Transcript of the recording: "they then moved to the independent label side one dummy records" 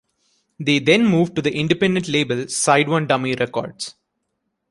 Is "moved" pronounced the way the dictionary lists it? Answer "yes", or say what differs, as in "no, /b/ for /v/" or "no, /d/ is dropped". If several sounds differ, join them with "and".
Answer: yes